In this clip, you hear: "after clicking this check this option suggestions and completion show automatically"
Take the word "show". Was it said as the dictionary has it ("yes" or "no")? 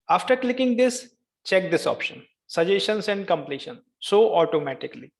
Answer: no